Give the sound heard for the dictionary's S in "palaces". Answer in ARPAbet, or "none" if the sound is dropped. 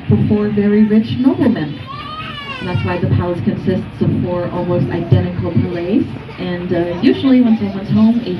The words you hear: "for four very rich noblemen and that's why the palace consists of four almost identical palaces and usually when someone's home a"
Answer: none